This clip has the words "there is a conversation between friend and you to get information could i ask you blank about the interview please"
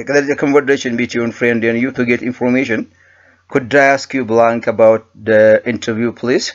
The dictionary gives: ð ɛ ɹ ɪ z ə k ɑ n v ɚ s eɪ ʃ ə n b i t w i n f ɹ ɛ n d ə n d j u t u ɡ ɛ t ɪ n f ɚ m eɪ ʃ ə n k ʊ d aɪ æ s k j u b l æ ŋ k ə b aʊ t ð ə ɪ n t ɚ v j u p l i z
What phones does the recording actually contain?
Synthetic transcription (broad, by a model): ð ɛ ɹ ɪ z ə k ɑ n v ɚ eɪ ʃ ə n b i t w i n f ɹ ɛ n d ə n d j u t u ɡ ɛ t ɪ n f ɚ m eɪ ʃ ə n k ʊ d aɪ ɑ s k j u b l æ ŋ k ə b aʊ t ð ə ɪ n t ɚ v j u p l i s